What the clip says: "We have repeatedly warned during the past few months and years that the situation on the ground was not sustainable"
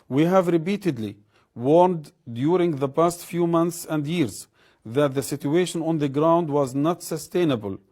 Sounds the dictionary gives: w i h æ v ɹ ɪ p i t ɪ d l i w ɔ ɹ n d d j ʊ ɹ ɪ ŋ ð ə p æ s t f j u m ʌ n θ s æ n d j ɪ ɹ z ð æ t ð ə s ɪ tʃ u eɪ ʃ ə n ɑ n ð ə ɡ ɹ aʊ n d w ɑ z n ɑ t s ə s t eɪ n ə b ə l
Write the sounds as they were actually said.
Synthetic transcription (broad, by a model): w i h æ v ɹ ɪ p i t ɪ d l i w ɔ ɹ n d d j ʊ ɹ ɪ ŋ ð ə p æ s t f j u m ʌ n θ s æ n d j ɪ ɹ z ð æ t ð ə s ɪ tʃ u eɪ ʃ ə n ɑ n ð ə ɡ ɹ aʊ n d w ɑ z n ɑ t s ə s t eɪ n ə b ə l